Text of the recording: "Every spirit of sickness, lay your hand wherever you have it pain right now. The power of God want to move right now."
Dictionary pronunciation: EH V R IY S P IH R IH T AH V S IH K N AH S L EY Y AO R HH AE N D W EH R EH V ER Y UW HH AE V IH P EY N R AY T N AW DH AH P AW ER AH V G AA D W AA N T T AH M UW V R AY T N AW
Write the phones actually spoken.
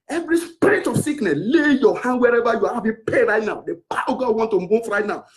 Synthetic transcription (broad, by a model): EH V R IY S P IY R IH T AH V S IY K N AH S L EY Y AO HH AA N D W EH R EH V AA Y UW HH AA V IH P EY R AY T N AW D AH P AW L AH G AA D W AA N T T AH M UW F R AY T N AW